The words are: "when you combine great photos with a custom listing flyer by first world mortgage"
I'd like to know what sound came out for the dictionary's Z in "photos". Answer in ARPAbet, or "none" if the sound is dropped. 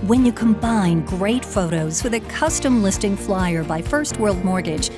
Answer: Z